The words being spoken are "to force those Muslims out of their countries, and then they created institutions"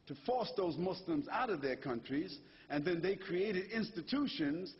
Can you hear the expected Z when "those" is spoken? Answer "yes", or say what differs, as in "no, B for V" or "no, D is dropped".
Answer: yes